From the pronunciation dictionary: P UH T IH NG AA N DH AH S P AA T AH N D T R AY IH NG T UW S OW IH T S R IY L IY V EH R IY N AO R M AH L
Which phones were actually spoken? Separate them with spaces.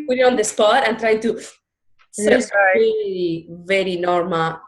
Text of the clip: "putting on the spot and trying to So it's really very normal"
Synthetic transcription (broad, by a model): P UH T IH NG AA N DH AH S P AA T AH N T R AY IH NG T UW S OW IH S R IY IY V EH R IY N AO R M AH L